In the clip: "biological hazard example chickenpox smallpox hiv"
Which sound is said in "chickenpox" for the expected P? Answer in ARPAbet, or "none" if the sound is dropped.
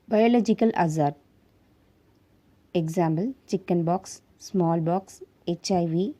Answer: B